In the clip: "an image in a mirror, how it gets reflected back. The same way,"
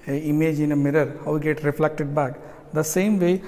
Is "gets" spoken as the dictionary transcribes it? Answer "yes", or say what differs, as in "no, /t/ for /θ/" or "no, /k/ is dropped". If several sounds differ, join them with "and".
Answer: no, /s/ is dropped